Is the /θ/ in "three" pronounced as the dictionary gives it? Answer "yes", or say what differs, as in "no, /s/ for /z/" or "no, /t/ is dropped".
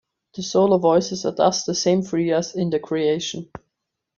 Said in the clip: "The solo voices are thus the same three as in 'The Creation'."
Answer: no, /f/ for /θ/